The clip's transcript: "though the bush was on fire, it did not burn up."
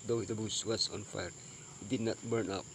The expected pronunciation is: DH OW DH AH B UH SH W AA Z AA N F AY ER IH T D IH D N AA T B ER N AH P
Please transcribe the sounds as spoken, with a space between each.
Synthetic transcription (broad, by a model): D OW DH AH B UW S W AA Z AA N F AY ER IH T D IH D N AA T B ER N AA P